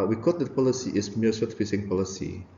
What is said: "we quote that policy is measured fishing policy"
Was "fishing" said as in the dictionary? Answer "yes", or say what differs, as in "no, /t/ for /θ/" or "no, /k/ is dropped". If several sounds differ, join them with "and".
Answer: no, /s/ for /ʃ/